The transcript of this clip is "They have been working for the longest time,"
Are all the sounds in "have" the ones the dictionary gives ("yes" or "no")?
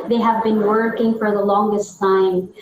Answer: yes